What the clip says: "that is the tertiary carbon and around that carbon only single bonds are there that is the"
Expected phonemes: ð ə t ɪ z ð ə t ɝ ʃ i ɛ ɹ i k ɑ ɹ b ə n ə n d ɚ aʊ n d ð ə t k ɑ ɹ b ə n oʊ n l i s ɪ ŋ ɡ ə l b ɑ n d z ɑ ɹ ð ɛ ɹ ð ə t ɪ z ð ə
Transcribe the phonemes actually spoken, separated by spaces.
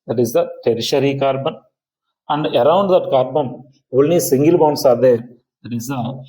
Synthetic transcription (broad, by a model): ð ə t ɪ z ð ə t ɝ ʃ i ɹ i k ɑ ɹ b ə n ə n d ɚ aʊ n d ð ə t k ɑ ɹ b ə n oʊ l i s ɪ ŋ ɡ ə l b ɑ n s ɑ ɹ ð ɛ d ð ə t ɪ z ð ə